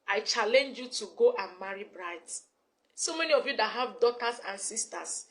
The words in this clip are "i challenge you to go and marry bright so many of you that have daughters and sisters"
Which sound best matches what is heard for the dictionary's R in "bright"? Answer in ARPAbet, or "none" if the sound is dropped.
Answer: R